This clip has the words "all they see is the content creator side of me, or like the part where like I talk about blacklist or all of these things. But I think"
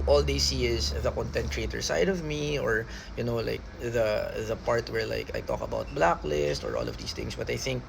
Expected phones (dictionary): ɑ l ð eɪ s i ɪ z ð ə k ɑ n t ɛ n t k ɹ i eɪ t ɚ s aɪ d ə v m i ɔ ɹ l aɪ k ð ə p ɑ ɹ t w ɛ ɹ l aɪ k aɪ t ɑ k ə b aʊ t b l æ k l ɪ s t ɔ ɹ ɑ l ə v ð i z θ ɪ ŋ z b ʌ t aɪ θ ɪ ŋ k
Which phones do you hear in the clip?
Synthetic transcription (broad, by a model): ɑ l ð eɪ s i ɪ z ð ə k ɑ n t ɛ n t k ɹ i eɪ t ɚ s aɪ d ə v m i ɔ ɹ l aɪ k ð ə p ɑ ɹ t w ɛ ɹ l aɪ k aɪ t ɑ k ə b aʊ t b l æ k l ɪ s t ɔ ɹ ɑ l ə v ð i s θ ɪ ŋ s b ʌ t aɪ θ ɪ ŋ k